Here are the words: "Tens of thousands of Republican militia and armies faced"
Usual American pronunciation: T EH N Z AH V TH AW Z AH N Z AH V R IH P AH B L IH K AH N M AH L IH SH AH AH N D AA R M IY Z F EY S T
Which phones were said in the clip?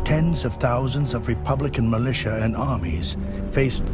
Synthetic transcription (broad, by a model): T EH N Z AH V TH AW Z AH N Z AH V R IH P AH B L IH K AH N M AH L IH SH AH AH N AA R M IY Z F EY S